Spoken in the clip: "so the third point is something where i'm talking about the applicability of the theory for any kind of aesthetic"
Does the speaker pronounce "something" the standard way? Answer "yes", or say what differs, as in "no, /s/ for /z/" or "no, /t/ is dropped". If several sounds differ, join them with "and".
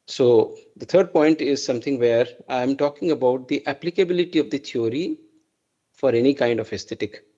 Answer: no, /t/ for /θ/